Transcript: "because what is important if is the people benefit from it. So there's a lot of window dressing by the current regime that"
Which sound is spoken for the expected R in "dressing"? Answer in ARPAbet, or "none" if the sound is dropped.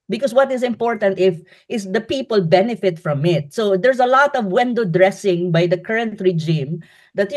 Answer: R